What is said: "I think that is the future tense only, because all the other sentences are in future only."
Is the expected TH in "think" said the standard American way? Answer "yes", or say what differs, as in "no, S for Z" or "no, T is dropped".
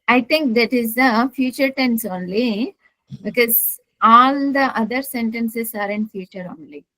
no, T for TH